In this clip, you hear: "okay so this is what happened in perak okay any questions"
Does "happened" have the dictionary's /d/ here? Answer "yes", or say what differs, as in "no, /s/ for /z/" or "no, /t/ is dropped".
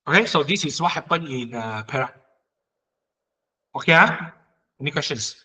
no, /d/ is dropped